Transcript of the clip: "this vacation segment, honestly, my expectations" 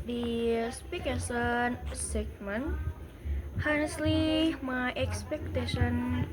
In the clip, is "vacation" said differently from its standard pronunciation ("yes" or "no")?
yes